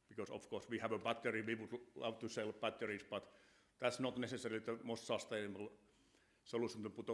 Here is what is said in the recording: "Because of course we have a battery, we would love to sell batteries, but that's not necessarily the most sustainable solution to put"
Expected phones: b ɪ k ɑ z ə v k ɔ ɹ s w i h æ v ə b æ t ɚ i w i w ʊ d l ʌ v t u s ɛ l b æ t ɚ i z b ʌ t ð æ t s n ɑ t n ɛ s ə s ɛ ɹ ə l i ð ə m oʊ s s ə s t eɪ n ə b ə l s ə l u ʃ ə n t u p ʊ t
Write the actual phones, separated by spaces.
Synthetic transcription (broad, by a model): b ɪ k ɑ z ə f k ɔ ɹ s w i h æ v ə b æ t ɚ i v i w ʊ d l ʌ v t u s ɛ l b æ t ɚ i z b ʌ t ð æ t s n ɑ t n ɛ s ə s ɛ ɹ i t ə m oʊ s s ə s t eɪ ə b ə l s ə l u s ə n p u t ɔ